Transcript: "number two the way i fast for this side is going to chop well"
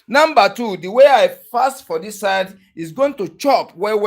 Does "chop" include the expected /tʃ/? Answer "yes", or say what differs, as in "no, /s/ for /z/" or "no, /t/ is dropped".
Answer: yes